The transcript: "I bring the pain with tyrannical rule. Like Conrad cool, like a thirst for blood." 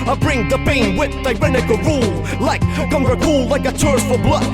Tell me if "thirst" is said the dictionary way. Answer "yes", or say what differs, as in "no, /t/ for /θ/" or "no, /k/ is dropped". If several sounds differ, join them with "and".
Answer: no, /t/ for /θ/